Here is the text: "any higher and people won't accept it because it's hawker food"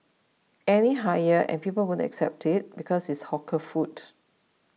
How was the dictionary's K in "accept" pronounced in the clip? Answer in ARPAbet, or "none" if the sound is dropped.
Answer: K